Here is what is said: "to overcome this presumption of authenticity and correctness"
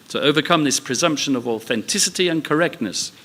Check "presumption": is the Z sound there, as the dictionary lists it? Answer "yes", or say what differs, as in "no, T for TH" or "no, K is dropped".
yes